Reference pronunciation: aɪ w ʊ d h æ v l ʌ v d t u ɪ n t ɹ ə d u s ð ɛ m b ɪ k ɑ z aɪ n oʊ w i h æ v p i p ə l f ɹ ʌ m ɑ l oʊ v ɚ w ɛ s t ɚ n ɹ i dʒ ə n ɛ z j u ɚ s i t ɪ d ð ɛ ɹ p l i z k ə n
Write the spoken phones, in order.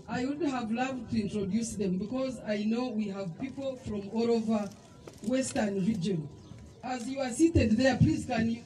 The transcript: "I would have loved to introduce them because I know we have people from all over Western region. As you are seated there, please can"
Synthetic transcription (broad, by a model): aɪ w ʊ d h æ v l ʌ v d t u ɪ n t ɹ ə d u s ð ɛ m b ɪ k ɑ z aɪ n oʊ w i h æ v p i p ə l f ɹ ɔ m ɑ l oʊ v ɚ w ɛ s t ɚ n ɹ i dʒ ə n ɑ z j u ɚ s i t ɪ d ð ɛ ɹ p l i z k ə n